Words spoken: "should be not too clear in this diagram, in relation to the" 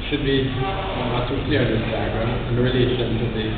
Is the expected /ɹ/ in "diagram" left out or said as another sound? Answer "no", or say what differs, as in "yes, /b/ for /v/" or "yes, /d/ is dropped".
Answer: yes, /ɹ/ is dropped